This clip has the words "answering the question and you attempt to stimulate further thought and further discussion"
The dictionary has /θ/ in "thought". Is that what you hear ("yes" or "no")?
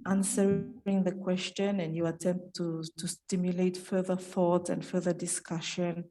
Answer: yes